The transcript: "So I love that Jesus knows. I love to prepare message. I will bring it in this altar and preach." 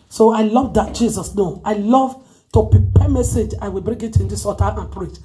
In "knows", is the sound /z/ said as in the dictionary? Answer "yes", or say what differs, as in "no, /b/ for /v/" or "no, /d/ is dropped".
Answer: no, /z/ is dropped